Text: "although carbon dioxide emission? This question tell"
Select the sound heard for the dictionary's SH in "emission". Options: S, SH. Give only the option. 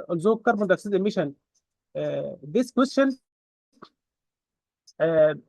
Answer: SH